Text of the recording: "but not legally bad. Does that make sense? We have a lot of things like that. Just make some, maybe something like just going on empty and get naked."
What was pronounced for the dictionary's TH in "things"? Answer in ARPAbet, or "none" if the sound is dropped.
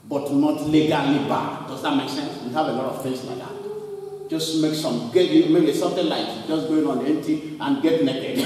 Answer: F